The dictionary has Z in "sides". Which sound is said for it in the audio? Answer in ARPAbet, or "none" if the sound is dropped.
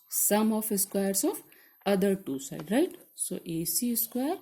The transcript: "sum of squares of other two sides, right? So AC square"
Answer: none